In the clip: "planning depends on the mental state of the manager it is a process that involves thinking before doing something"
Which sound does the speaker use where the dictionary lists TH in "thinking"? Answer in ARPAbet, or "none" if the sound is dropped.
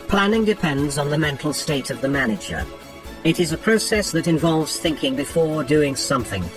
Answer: TH